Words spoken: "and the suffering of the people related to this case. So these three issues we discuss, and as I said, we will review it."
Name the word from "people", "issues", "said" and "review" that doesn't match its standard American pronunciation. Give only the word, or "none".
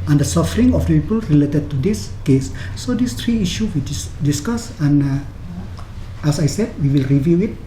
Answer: issues